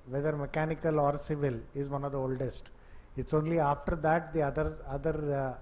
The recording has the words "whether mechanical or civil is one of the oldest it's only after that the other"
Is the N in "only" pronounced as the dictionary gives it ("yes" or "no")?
yes